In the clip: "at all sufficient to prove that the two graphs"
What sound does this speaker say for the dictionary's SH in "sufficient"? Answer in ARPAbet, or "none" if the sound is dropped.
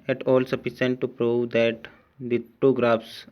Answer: S